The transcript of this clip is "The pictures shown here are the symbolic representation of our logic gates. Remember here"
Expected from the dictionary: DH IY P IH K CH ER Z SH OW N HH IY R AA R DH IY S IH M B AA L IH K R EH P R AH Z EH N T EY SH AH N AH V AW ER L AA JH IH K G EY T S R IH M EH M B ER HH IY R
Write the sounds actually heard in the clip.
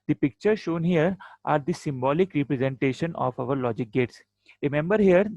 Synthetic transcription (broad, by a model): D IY P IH K CH ER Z SH OW N HH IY R AA R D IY S IH M B AA L IH K R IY P R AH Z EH N T EY SH AH N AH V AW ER L AA JH IH K G EY T S R IH M EH M B ER HH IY R